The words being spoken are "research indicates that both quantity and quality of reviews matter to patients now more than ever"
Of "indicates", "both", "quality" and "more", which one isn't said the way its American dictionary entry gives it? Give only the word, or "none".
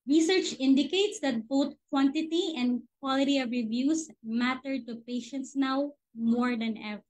both